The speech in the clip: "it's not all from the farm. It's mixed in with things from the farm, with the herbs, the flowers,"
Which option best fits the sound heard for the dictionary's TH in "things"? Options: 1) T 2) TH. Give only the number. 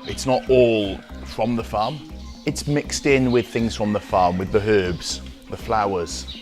2